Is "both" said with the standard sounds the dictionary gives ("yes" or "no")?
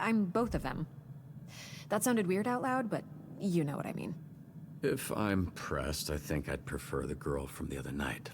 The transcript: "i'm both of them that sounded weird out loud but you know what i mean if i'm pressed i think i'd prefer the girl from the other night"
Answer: yes